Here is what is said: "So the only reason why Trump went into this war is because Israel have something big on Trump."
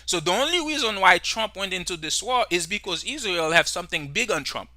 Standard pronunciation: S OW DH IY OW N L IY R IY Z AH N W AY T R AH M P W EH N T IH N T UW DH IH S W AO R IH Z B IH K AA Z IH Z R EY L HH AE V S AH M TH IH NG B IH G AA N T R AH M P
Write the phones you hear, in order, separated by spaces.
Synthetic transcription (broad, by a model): S OW DH IY OW N L IY R IY Z AH N W AY T R AH M P W EH N T IH N T UW DH IH S W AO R IH Z B IH K AA Z IH Z R EY L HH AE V S AH M TH IH NG B IH G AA N T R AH M P